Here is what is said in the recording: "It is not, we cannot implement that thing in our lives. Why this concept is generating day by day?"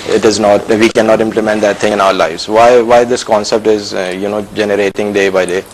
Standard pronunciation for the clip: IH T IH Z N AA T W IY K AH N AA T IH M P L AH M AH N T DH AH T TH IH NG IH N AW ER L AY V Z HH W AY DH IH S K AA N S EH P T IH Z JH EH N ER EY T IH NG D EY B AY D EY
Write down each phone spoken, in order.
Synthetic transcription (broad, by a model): IH T IH Z N AA T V IY K AH N AA T IH M P L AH M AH N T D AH T T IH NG IH N AW ER L AY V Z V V AY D IH S K AA N S EH P T IH Z JH EH N ER EY T IH NG D EY B AY D EY